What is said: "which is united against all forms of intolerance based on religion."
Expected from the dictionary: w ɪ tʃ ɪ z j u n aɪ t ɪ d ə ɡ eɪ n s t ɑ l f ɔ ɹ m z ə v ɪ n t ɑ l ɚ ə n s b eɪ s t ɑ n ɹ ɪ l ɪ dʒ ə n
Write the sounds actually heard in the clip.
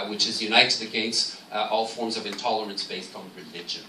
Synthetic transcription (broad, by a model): w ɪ tʃ ɪ z j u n aɪ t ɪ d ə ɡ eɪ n s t ɑ l f ɔ ɹ m z ə v ɪ n t ɑ l ɚ ə n s b eɪ s t n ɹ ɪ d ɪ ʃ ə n